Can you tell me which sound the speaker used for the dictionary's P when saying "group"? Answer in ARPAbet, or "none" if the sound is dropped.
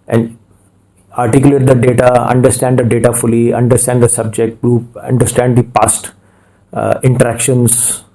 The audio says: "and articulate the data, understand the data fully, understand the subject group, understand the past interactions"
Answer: none